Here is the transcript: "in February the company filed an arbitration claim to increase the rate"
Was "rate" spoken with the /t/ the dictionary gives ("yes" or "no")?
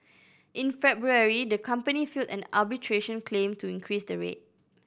yes